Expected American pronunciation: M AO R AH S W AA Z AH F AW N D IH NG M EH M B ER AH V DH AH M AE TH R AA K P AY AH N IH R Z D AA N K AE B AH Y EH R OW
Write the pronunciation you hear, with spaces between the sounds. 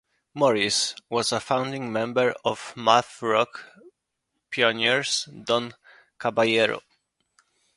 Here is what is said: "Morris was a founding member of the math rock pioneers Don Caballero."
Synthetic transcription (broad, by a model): M AO R AH S W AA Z AH F AW N D IH NG M EH M B ER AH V M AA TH R AA K P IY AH N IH R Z D AA N K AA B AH Y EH R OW